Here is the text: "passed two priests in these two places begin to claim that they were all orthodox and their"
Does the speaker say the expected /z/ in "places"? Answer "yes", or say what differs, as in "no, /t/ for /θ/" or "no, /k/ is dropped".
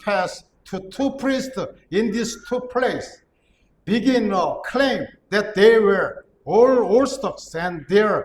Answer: no, /s/ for /z/